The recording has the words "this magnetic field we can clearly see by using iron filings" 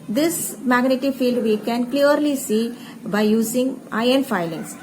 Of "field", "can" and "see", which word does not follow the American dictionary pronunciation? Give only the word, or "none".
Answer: none